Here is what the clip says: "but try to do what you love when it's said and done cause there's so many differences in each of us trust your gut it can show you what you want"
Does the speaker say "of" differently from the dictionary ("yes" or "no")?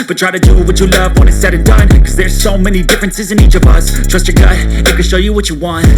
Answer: no